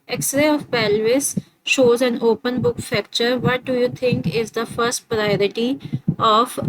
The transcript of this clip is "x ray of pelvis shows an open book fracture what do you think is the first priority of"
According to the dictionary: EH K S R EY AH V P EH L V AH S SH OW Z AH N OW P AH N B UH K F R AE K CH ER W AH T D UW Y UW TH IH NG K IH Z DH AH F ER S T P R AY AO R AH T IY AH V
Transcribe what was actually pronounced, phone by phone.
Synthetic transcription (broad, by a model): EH K S R EY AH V P EH L V AH S SH OW Z AH N OW P AH N B UH K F AE K CH ER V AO T D UW Y UW T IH NG K IH Z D AH F ER S T P R AY AO R AH T IY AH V